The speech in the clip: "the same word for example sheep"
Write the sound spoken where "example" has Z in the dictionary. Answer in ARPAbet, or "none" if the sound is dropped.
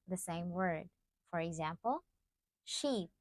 Z